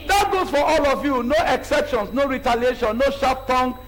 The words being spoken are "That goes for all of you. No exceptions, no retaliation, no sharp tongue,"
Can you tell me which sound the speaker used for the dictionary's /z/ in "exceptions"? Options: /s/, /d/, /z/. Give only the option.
/s/